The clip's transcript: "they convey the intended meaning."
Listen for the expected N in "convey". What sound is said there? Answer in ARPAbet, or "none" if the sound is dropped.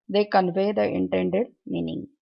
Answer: N